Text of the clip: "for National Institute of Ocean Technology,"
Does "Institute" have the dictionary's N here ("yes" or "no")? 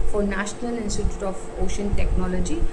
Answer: yes